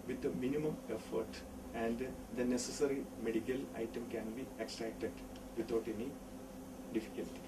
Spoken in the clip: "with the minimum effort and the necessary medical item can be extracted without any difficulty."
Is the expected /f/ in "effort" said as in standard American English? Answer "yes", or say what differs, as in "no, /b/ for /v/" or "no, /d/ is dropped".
yes